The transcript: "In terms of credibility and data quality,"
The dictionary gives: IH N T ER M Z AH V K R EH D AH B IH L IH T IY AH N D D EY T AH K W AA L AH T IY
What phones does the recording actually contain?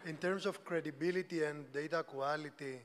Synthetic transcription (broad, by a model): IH N T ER M S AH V K R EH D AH B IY L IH T IY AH N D D EY T AH K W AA L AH T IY